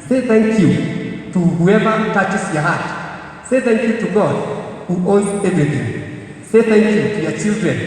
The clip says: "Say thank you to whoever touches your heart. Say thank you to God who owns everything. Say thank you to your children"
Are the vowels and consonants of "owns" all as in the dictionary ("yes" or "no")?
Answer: no